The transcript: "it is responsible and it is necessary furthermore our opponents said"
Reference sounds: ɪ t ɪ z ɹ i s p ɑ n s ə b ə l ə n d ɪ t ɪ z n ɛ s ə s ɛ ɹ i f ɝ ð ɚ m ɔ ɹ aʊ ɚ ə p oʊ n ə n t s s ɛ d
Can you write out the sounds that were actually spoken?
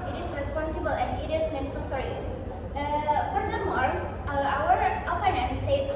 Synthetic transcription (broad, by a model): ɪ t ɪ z ɹ i s p ɑ n s ə b ə l ə n d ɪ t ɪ s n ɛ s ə s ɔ ɹ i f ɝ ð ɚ m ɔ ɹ aʊ ɚ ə f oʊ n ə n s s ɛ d